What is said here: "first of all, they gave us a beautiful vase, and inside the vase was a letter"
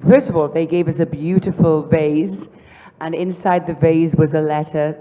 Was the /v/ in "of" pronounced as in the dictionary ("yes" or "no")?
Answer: yes